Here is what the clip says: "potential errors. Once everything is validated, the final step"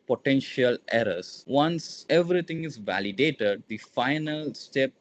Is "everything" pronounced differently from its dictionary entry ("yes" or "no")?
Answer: yes